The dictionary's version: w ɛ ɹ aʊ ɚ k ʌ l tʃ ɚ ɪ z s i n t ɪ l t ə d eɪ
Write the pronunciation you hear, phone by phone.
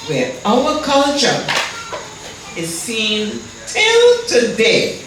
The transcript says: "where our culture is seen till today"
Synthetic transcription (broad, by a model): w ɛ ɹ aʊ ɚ k ʌ l tʃ ɚ ɪ z s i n t ɪ l t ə d eɪ